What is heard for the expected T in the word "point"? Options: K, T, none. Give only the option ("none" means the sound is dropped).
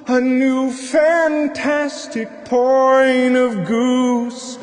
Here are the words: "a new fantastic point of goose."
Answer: none